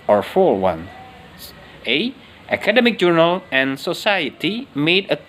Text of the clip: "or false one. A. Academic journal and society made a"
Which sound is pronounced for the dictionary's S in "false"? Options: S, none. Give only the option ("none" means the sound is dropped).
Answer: none